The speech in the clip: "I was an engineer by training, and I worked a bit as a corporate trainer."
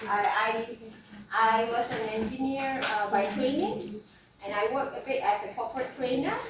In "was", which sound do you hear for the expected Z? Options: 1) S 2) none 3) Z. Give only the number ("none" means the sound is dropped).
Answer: 1